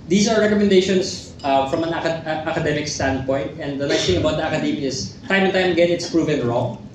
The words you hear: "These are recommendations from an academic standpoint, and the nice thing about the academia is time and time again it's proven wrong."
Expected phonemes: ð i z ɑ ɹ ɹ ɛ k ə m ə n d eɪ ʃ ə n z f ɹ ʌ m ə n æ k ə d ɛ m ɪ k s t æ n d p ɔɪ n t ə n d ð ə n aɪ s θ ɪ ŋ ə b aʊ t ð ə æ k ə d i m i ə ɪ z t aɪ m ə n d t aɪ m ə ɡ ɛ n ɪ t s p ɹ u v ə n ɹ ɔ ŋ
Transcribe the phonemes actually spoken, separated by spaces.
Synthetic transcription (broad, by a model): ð i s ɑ ɹ ɹ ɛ k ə m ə n d eɪ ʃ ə n s f ɹ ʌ m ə n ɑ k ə d ɛ m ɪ k s t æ n d p ɔɪ n t ə n d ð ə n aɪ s t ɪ ŋ ə b aʊ t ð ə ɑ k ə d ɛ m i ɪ s t aɪ m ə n t aɪ m ə ɡ ɛ n ɪ t s p ɹ u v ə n ɹ ɔ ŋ